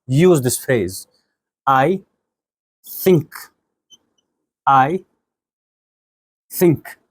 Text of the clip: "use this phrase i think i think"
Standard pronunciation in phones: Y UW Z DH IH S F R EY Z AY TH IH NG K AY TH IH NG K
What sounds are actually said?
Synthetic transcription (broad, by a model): Y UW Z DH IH S F EY Z AY TH IH NG K AY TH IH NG K